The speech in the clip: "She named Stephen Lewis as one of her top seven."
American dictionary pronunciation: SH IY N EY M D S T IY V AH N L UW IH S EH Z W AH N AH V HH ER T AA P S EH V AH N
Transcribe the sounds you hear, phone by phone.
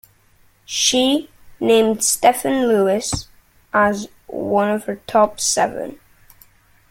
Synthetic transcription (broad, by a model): SH IY N EY M D S T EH F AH N L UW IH S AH Z W AH N AH V HH ER T AA P S EH V AH N